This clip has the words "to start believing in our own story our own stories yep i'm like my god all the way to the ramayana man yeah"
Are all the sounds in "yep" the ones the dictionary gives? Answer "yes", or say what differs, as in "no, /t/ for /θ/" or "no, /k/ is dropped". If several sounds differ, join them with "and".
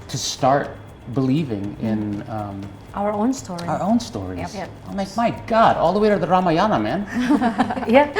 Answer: no, /p/ is dropped